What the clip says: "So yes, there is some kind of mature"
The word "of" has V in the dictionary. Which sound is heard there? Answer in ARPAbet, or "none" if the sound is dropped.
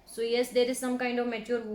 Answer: V